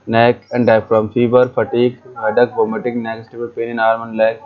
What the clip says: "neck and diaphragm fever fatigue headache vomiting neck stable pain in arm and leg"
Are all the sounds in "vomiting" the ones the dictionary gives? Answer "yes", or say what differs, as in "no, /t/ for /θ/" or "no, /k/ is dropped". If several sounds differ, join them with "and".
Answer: no, /b/ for /v/